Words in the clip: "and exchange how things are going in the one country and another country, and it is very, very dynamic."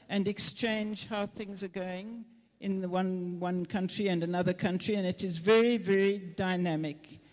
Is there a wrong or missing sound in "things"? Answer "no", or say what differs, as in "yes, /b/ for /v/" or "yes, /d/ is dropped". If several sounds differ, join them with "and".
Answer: no